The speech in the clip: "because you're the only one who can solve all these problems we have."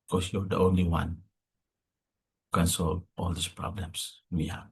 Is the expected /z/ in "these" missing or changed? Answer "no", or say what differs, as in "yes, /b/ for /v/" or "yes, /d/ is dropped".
yes, /s/ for /z/